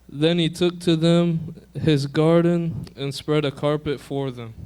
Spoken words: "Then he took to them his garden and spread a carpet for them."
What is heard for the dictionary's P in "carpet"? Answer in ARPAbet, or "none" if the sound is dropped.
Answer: P